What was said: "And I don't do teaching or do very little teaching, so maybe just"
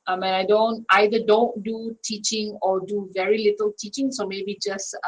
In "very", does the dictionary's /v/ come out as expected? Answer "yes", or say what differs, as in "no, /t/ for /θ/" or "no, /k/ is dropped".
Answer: yes